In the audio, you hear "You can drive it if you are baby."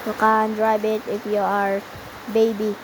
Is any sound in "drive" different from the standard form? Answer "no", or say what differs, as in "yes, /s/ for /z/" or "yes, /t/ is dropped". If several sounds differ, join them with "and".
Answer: yes, /b/ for /v/